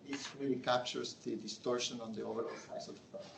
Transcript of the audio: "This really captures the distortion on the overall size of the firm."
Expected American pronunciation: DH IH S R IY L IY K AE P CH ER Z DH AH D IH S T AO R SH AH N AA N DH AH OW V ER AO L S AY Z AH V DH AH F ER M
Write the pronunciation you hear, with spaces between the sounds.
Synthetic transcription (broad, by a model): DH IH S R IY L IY K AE P CH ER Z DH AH D IH S T AO R SH AH N AA N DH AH OW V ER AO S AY AH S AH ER